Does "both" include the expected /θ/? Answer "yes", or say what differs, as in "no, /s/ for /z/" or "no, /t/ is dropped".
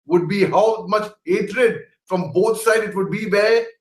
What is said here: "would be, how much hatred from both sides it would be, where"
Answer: no, /t/ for /θ/